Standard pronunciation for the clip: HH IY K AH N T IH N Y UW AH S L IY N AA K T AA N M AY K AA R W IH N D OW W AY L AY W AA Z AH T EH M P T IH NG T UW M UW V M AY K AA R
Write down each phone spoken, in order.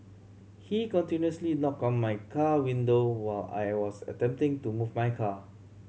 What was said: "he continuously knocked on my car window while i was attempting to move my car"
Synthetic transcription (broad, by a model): HH IY K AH N T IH N Y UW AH S L IY N AA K AA N M AY K AA W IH N D OW W AY L AY W AA S AH T EH M P T IH NG T UW M UW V M AY K AA